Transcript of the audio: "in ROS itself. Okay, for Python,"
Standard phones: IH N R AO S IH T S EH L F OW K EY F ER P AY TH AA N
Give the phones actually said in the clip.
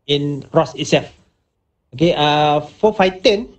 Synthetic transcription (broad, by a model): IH N R AO S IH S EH F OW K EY F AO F AY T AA N